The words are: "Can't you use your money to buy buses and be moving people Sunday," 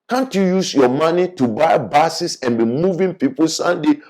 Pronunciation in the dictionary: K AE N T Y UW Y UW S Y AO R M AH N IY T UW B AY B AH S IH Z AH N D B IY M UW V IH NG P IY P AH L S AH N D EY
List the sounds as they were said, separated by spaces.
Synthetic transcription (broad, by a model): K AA N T Y UW Y UW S Y AO M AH N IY T UW B AY B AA S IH S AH N B IY M UW V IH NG P IY P AH L S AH N D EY